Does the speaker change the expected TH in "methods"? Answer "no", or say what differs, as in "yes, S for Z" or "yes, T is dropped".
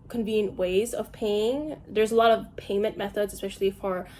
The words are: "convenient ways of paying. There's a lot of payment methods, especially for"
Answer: no